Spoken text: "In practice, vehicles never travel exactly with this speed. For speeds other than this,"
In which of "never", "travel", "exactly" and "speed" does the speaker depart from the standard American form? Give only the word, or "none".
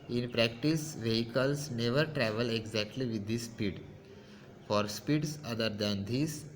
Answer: none